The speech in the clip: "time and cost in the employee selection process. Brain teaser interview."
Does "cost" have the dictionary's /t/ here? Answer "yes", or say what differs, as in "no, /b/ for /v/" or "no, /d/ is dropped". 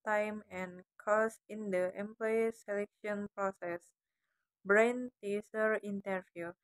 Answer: no, /t/ is dropped